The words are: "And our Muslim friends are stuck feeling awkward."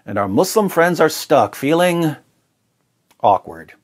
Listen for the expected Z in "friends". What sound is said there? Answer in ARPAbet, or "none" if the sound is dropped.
Z